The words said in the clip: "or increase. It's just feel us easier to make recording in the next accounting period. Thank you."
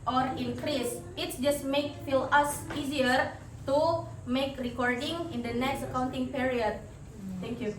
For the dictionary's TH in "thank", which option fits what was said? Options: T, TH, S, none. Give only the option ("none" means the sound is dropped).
T